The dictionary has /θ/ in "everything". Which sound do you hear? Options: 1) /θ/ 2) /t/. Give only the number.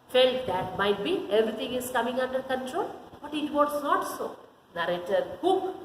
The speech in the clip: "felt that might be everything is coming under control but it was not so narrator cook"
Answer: 2